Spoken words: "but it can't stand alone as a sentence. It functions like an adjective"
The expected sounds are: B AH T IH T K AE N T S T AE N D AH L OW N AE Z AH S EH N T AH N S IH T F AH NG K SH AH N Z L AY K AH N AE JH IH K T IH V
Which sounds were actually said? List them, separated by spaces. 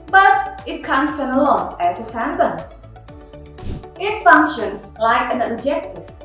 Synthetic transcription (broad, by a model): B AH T IH T K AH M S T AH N AH L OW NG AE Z AH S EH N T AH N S IH T F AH NG K SH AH N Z L AY K AH N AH JH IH K T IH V